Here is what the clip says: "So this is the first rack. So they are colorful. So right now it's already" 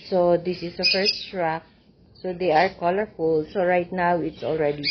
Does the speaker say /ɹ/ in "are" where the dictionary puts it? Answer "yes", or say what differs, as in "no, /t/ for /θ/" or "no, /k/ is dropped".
yes